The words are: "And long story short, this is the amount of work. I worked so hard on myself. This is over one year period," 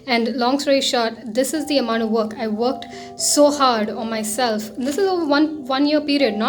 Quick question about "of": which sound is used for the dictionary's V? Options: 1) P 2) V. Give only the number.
2